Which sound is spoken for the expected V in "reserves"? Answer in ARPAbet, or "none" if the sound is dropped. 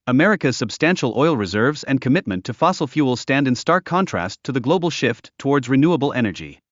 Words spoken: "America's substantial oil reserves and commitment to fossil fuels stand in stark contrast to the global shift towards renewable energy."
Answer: V